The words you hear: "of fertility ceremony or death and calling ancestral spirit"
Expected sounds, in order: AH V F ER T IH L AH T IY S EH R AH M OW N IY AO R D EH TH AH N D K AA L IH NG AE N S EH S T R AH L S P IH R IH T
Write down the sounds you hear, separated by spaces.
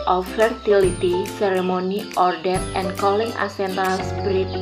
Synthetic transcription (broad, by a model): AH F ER T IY L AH T IY S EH R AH M OW N IY AO R D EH T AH N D K AA L IH NG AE S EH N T AH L S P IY R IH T